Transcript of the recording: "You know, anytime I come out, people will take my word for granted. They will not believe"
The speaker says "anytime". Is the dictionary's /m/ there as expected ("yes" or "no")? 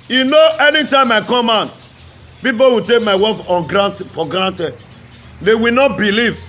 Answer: yes